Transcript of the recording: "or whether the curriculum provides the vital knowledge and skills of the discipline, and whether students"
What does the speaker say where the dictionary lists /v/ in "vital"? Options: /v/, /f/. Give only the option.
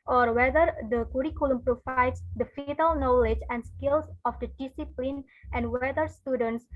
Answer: /f/